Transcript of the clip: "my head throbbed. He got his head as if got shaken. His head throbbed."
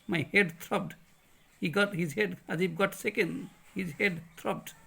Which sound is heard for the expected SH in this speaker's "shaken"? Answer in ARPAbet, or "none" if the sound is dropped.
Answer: S